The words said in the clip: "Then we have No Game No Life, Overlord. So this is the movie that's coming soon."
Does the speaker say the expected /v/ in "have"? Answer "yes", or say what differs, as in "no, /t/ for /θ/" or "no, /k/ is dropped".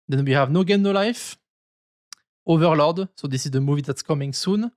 yes